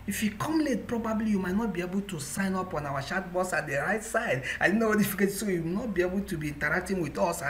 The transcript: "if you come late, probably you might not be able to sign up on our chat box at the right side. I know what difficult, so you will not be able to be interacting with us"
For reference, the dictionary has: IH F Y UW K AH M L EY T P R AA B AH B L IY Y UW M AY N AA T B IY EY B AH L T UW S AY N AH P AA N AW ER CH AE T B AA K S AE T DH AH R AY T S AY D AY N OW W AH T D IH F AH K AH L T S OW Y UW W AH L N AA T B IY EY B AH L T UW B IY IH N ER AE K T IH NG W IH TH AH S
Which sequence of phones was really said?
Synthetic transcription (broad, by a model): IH F Y UW K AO M L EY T P R AA B AH B L IY Y UW M AY N AA T B IY EY B AH L T UW S AY N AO P AA N AW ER SH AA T B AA S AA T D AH R AY T S AY D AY N OW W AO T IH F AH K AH T S OW Y UW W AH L N AA T B IY EY B AH L T UW B IY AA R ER K T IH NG W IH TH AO S